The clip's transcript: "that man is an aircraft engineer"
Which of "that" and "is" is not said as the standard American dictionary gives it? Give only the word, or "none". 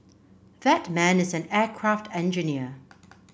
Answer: none